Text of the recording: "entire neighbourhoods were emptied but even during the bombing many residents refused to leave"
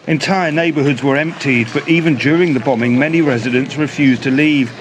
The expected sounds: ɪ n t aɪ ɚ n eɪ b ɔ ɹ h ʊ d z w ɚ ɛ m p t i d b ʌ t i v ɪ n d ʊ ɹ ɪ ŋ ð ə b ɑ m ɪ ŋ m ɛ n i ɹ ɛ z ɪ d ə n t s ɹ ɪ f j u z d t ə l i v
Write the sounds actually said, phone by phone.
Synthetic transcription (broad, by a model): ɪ n t aɪ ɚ n eɪ b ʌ ɹ h ʊ d z w ɚ ɛ m p t i d b ʌ t i v ɪ n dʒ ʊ ɹ ɪ ŋ ð ə b ɑ m ɪ ŋ m ɛ n i ɹ ɛ z ɪ d ə n t s ɹ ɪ f j u z t ə l i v